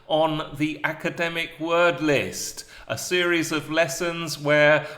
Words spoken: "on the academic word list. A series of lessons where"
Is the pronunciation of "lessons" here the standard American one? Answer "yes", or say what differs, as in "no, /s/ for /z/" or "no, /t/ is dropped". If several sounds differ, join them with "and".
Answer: yes